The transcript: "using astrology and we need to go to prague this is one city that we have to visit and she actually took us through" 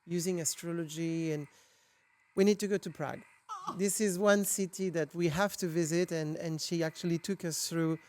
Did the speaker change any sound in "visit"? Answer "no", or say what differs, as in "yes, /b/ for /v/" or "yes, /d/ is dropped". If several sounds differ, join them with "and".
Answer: no